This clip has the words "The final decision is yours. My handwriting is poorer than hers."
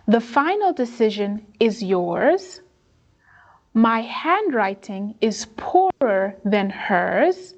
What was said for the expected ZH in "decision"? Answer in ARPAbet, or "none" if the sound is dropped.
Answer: ZH